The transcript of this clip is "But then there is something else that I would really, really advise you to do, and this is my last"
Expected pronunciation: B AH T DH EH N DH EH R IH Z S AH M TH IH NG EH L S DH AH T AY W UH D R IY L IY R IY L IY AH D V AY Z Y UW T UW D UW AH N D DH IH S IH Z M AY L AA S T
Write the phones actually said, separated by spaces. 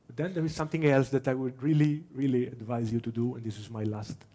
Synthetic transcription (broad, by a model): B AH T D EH N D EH R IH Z S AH M T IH NG EH L S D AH T AY W UH D R IY L IY R IY L IY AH D V AY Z Y UW T UW D UW AH N D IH S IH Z M AY L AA S T